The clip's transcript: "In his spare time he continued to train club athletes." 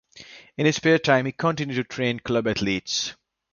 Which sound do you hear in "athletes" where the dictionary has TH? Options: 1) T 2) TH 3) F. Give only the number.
1